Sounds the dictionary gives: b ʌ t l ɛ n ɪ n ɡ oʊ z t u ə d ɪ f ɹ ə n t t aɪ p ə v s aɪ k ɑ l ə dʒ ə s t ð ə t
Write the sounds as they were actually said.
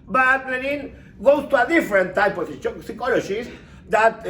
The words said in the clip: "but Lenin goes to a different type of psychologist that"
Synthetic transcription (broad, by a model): b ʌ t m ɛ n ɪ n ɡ oʊ s t u ə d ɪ f ɹ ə n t t aɪ p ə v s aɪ k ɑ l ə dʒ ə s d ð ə t